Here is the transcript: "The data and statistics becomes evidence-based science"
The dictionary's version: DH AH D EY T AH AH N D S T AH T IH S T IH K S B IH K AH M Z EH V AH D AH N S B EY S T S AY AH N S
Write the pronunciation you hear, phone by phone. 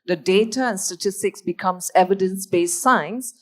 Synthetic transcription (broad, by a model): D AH D EY T AH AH N S T AH T IH S T IH K S B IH K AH M S EH V AH D AH N S B EY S S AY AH N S